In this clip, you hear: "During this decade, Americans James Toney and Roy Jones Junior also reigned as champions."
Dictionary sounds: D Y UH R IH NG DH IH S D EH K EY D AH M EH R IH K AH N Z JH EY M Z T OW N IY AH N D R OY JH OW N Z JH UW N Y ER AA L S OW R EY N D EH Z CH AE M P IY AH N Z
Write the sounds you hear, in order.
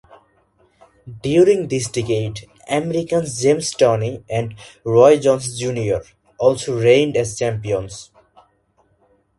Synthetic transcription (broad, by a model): D Y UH R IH NG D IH S D EH K EY D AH M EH R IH K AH N S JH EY M S T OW N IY AH N D R OY JH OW N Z JH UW N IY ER AA L S OW R EY N D EH Z CH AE M P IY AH N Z